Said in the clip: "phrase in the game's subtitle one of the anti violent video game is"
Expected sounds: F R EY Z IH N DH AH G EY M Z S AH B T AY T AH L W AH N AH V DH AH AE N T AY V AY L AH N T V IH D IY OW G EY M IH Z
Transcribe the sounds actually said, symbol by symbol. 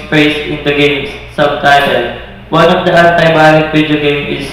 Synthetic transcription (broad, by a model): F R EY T IH N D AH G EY M S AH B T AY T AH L W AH N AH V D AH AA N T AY B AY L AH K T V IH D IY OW G EY M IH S